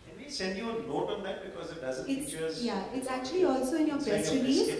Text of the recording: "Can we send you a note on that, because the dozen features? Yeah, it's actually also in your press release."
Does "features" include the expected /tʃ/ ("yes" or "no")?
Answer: no